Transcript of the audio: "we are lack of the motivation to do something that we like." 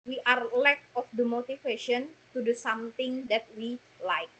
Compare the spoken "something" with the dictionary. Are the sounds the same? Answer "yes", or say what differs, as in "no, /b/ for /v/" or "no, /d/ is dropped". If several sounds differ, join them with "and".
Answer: no, /t/ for /θ/